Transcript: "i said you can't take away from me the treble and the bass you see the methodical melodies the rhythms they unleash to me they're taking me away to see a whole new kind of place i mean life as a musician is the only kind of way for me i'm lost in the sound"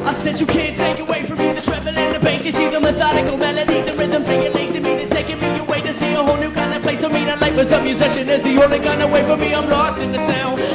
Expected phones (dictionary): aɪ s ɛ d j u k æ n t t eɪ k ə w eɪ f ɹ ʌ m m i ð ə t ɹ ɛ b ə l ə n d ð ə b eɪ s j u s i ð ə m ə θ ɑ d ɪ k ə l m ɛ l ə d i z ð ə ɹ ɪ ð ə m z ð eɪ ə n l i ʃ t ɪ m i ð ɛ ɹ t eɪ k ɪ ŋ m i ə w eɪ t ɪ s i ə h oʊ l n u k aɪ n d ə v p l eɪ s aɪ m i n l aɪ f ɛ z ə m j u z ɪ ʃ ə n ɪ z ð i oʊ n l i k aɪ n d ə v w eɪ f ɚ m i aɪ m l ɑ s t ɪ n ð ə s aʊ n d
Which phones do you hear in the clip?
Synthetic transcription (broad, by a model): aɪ s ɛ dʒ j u k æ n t t eɪ k ə w eɪ f ɹ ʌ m m i ð ə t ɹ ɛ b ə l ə n ð ə b eɪ s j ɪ s i ð ə m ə θ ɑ d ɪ k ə l m ɛ l ə d i z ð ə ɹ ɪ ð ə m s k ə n l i s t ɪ m i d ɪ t eɪ k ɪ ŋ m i ə w eɪ t ɪ s i ə h oʊ l n u k aɪ n d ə p l eɪ s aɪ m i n l aɪ p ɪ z ə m j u z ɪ ʃ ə n ɪ z ð i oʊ l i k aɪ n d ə w eɪ f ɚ m i aɪ m l ɑ s t ɪ n ð ə s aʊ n